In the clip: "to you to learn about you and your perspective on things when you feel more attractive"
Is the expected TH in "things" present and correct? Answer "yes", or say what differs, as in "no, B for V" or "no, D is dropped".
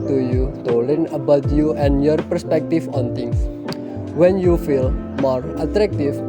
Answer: no, T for TH